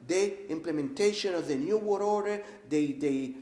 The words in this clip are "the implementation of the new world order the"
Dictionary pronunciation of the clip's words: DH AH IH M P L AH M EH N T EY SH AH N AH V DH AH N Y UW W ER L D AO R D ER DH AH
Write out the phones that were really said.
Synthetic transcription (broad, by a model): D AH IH M P L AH M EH N T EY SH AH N AH V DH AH N Y UW W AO D AO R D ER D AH